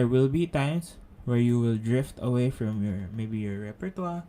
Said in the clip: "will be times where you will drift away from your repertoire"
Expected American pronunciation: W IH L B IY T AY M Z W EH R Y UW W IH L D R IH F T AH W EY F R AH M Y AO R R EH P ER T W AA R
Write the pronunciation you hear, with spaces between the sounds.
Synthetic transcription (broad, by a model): W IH L B IY T AY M S W EH R Y UW W IH L D R IH F T AH W EY F R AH M Y AO R R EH P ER T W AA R